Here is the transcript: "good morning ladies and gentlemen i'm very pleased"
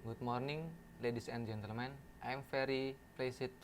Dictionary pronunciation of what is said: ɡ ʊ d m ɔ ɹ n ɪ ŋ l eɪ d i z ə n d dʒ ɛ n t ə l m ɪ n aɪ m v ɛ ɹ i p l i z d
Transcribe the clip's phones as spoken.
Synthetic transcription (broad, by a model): ɡ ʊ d m ɔ ɹ n ɪ ŋ l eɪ d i s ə n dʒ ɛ n t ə l m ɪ n aɪ m f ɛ ɹ i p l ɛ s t